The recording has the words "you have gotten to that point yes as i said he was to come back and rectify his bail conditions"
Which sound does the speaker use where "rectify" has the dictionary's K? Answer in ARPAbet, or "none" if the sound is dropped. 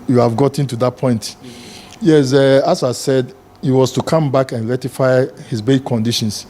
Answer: none